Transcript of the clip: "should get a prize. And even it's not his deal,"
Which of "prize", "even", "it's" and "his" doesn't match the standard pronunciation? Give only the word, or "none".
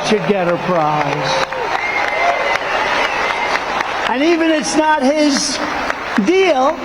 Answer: none